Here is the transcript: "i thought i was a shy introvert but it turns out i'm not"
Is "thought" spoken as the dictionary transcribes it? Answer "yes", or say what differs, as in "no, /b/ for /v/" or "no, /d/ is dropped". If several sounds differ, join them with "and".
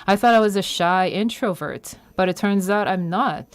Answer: yes